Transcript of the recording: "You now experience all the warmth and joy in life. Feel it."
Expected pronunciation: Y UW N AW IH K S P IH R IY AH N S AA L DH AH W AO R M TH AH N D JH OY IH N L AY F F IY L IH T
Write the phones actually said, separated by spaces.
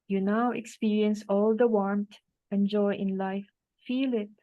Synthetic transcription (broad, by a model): Y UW N AW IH K S P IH R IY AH N S AA L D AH W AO R M T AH N JH OY IH N L AY F F IY L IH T